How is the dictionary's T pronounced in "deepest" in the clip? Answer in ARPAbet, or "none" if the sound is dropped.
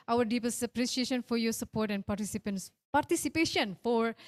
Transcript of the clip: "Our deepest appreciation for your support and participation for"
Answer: none